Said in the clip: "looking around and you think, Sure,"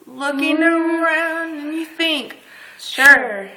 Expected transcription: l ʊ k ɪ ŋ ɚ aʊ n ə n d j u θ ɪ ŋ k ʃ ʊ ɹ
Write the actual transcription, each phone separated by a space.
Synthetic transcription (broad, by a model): l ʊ k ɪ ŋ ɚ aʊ ə n d j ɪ θ ɪ ŋ k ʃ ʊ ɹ